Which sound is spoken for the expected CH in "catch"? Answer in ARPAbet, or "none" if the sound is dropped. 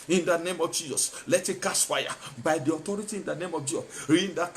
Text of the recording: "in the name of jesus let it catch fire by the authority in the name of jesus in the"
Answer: S